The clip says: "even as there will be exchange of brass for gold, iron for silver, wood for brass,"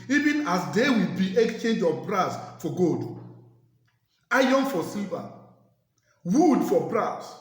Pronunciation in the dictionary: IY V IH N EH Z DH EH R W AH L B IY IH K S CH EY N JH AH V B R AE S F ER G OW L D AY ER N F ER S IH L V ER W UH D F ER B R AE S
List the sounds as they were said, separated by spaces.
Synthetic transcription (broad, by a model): IY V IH N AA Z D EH W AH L B IY IH K S CH EY N JH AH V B R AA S F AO G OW D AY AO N F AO S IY L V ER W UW D F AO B R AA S